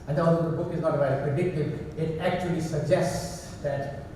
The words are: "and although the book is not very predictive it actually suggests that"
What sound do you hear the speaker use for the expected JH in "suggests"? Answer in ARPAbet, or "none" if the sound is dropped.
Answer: JH